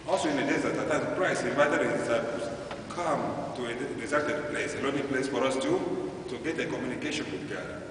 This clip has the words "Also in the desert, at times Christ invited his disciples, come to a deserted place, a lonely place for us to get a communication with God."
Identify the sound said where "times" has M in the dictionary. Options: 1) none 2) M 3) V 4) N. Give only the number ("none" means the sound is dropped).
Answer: 1